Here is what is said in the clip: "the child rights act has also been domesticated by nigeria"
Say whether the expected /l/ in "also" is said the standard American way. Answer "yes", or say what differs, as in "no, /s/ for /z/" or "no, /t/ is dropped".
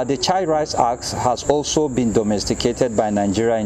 yes